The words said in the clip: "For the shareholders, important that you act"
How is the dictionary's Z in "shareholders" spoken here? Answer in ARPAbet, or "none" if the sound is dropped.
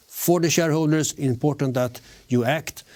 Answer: S